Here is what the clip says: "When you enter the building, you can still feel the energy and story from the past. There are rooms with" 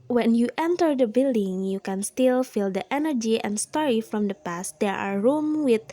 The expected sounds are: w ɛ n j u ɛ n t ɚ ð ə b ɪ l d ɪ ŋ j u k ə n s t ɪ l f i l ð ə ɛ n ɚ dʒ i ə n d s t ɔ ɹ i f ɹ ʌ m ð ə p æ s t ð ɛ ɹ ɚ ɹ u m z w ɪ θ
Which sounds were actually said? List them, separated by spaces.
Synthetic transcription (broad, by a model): w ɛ n j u ɛ n t ɚ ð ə b ɪ l d ɪ ŋ j u k ə n s t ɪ l f i l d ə ɛ n ɚ dʒ i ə n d s t ɔ ɹ i f ɹ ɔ m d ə p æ s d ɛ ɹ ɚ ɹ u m w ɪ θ